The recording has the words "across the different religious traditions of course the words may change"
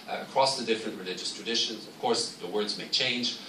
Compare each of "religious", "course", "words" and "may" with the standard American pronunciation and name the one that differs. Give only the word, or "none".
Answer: none